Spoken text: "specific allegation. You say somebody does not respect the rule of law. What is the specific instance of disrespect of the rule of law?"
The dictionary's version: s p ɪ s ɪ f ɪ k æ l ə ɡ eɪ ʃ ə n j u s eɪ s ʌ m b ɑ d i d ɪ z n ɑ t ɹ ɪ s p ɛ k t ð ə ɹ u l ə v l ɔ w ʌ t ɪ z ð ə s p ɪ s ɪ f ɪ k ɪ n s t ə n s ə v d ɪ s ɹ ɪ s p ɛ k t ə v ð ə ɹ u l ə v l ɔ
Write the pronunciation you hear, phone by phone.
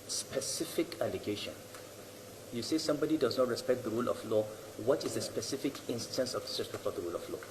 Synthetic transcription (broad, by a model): s p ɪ s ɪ f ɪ k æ l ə ɡ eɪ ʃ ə n j u s eɪ s ʌ m b ɑ d i d ɪ z n ɑ t ɹ ɪ s p ɛ k t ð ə ɹ u l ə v l ɔ w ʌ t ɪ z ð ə s p ɪ s ɪ f ɪ k ɪ n s t ə n s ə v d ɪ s ɪ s ɛ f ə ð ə ɹ u l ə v l ɔ